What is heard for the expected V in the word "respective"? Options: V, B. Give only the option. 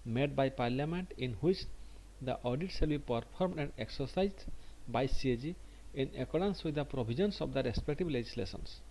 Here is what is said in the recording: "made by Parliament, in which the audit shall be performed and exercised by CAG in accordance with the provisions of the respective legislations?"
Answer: B